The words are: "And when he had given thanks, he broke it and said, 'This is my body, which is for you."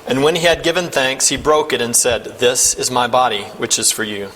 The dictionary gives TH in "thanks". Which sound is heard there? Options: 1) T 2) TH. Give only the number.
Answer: 2